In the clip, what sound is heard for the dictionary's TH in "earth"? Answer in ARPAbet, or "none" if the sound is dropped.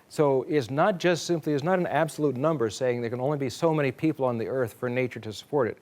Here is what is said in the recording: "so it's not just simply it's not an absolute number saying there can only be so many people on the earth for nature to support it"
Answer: TH